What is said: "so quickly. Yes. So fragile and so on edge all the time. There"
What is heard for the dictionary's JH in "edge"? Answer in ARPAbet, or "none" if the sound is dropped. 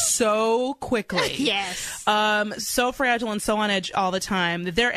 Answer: JH